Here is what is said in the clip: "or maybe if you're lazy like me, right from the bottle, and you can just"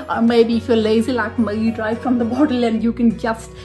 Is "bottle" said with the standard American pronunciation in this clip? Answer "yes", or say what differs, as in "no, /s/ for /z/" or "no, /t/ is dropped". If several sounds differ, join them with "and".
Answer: yes